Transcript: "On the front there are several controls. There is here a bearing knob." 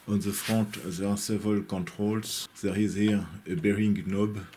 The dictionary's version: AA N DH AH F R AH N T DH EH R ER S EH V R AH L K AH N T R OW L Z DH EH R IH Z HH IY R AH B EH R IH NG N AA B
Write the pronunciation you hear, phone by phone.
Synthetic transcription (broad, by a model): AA N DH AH F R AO T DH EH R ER S EH V R AH L K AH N T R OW L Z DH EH R IH Z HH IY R AH B EH R IH NG N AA B